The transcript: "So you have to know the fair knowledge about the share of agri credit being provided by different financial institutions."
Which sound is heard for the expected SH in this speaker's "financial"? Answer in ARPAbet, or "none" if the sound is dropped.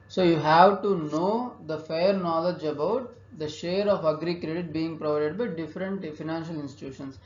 SH